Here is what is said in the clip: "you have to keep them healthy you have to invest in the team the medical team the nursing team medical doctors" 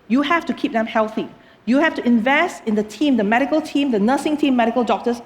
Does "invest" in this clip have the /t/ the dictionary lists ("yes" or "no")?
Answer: yes